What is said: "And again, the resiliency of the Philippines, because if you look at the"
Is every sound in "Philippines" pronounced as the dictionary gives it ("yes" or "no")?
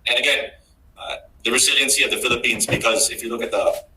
yes